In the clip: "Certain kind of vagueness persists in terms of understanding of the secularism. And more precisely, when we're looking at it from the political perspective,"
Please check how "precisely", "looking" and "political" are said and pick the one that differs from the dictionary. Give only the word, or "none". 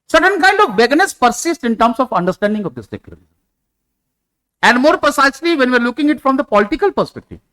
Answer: none